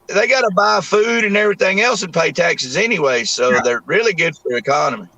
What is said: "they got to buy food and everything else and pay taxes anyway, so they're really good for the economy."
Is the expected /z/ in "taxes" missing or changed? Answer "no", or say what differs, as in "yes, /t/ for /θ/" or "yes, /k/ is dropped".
no